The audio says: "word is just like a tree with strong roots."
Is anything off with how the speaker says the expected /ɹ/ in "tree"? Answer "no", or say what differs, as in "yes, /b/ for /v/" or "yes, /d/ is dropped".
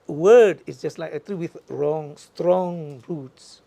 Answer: yes, /l/ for /ɹ/